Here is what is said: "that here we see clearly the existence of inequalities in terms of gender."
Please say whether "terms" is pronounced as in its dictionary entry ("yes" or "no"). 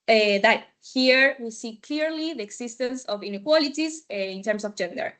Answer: no